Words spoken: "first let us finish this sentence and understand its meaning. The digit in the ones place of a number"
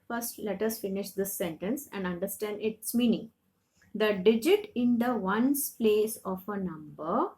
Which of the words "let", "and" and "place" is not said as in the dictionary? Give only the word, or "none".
none